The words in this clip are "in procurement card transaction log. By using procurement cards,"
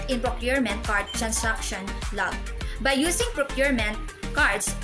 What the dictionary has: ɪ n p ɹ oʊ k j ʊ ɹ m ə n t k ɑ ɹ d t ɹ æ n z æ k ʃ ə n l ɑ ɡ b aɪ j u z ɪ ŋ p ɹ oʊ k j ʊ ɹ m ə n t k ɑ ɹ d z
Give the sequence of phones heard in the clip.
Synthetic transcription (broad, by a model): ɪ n p ɹ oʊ k j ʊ ɹ m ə n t k ɑ ɹ d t ɹ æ n s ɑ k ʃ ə n l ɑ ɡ b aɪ j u s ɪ ŋ p ɹ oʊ k j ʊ ɹ m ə n t k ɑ ɹ d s